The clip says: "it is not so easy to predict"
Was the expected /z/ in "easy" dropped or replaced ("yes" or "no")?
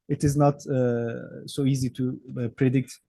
no